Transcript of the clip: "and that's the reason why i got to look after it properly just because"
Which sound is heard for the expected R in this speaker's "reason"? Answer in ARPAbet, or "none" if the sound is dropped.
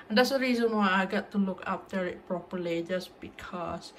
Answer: R